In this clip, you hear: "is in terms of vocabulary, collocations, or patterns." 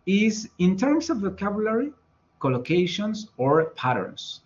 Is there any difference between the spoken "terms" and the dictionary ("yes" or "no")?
yes